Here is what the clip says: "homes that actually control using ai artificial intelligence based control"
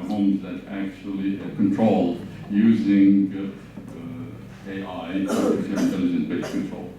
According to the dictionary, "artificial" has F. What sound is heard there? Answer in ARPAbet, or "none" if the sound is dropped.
none